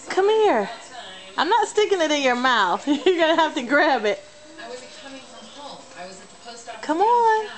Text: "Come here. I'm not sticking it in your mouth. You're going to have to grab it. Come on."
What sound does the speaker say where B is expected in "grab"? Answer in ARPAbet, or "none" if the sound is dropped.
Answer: B